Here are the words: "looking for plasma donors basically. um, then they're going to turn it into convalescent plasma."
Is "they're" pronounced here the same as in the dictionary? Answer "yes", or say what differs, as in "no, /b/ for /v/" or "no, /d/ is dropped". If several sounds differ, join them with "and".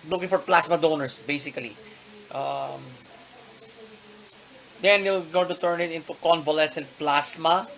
no, /l/ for /ɹ/